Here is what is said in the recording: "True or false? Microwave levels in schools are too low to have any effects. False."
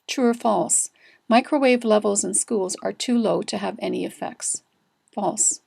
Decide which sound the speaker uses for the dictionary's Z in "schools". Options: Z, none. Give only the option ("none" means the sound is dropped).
Z